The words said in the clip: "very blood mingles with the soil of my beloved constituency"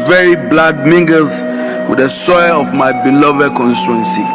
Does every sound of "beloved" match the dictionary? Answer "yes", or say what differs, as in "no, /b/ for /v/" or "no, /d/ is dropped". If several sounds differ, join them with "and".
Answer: yes